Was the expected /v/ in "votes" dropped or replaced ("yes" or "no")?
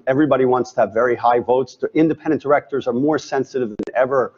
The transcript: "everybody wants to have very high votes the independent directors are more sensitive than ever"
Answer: no